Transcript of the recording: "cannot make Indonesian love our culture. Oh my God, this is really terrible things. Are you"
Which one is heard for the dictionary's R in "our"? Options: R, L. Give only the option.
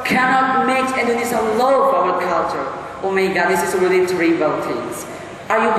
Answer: L